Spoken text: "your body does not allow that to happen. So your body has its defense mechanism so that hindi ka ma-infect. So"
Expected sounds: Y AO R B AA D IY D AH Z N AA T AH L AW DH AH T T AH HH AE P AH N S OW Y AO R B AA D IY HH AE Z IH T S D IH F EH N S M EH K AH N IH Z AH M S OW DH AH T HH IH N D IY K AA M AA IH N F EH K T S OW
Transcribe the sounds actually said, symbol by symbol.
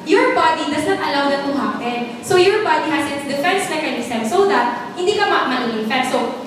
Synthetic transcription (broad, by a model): Y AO R B AA D IY D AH S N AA T AH L AW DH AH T T AH HH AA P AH N S OW Y AO R B AA D IY HH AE S IH T S D IH F EH N S M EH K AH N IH S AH M S OW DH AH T HH IH N D IY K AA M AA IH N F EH T S OW